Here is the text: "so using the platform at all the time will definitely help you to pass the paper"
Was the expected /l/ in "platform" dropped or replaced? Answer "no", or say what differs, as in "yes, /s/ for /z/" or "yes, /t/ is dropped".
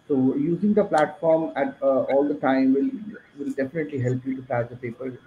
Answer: no